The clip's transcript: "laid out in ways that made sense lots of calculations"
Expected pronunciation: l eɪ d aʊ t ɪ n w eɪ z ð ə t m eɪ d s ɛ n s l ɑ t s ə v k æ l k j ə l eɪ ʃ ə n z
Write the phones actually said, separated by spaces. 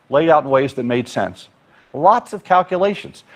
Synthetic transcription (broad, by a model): l eɪ d aʊ t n w eɪ z ð ə t m eɪ d s ɛ n s l ɑ t s ə v k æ l k j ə l eɪ ʃ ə n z